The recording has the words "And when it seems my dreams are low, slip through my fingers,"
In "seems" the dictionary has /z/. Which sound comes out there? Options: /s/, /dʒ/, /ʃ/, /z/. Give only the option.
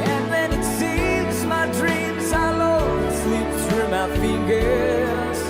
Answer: /z/